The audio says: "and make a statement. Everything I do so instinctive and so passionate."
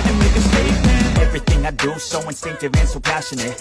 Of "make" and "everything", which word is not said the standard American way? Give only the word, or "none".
none